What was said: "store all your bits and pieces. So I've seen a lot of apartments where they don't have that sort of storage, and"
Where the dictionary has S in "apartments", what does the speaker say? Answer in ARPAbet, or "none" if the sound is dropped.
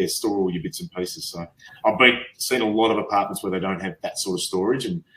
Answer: S